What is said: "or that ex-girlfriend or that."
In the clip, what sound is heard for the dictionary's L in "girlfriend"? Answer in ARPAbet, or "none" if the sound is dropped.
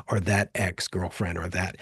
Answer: L